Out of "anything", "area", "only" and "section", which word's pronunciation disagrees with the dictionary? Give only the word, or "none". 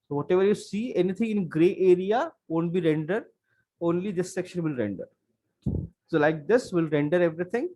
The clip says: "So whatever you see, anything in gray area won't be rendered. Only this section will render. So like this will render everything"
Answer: anything